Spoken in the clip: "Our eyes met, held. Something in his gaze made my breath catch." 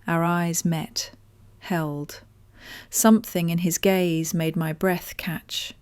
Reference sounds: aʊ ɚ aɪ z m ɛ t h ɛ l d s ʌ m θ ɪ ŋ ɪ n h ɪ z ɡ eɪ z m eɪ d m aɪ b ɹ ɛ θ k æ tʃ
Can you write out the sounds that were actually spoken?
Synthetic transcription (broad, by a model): aʊ ɚ aɪ z m ɛ t h ɛ l d s ʌ m θ ɪ ŋ ɪ n ɪ z ɡ eɪ z m eɪ d m aɪ b ɹ ɛ θ k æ tʃ